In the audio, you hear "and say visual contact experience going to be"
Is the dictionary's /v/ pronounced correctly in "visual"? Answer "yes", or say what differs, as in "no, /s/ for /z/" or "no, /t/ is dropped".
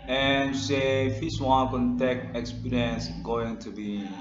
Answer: no, /f/ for /v/